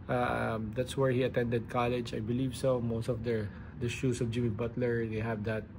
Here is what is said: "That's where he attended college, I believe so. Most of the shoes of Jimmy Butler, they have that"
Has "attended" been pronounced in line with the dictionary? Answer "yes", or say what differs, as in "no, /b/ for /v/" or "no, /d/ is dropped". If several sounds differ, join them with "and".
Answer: yes